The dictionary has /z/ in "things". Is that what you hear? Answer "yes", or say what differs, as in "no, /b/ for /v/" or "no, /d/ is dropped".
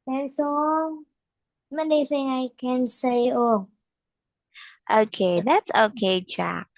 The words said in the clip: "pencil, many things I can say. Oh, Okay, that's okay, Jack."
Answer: no, /z/ is dropped